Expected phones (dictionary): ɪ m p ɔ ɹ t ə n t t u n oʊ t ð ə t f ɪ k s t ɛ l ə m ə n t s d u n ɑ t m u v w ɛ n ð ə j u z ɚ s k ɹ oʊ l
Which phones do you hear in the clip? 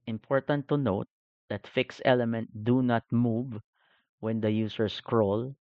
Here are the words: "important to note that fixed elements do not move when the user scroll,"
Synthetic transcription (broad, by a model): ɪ m p ɔ ɹ t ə n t t u n oʊ t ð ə t f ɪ k s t ɛ l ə m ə n t d u n ɑ t m u v w ɛ n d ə j u s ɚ s k ɹ oʊ l